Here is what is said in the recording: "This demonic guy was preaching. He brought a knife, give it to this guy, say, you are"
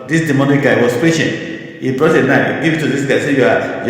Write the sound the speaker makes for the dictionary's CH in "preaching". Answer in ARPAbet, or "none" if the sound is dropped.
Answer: SH